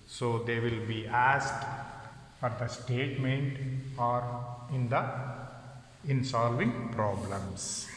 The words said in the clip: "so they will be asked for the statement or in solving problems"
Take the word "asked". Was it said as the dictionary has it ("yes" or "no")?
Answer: yes